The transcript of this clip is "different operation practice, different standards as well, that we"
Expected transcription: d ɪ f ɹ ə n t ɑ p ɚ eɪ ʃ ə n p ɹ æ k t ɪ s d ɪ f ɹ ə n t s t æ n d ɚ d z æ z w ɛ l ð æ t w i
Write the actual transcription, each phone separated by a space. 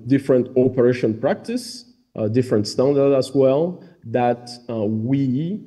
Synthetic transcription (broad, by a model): d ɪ f ɹ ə n t ɑ p ɚ eɪ ʃ ə n p ɹ æ k t ɪ s d ɪ f ɹ ə n t s t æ n d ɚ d æ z w ɛ l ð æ t w i